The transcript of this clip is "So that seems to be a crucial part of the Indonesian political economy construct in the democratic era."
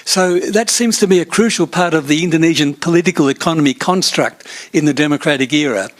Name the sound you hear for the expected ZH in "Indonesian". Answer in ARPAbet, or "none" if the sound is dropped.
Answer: ZH